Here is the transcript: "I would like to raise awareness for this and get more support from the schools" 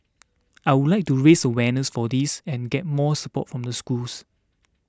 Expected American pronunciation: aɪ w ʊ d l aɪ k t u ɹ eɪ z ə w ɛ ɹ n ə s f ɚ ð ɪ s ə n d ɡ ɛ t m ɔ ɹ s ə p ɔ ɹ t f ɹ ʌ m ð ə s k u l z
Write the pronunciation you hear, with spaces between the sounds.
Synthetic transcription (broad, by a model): aɪ w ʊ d l aɪ k t u ɹ eɪ s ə w ɛ n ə s f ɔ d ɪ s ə n ɡ ɛ t m ɔ s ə p ɔ t f ɹ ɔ m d ə s k u l s